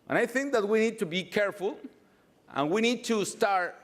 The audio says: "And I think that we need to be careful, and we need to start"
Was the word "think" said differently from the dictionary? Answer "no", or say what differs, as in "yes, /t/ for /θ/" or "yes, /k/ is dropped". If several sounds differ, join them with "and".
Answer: no